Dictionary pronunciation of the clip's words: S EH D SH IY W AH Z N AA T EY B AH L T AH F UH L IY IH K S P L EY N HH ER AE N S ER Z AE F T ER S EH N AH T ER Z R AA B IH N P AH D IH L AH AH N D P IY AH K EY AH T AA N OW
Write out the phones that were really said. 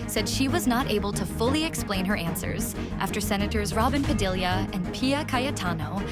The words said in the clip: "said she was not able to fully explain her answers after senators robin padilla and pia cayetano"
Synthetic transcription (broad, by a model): S EH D SH IY W AH Z N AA T EY B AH L T AH F UH L IY IH K S P L EY N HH ER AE N S ER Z AE F T ER S EH N AH T ER Z R AA B IH N P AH D IH L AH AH N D P IY AH K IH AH T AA N OW